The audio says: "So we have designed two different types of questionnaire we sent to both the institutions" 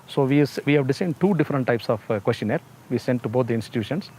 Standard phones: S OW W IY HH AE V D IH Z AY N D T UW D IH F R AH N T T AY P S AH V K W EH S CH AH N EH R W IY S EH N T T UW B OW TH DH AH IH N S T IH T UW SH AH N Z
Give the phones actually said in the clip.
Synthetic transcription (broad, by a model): S OW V IY HH AE V D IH S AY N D T UW D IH F R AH N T T AY P S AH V K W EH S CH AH N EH R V IY S EH N T T UW B OW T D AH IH N S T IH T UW SH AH N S